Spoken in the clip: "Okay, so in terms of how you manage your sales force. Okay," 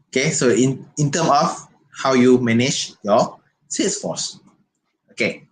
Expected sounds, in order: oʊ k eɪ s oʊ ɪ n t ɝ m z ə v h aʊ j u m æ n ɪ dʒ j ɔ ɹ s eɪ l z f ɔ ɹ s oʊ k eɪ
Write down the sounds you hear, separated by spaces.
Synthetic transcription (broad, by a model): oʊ k eɪ s oʊ ɪ n t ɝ m ə f h aʊ j u m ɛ n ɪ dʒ j ɔ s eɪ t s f ɔ s oʊ k eɪ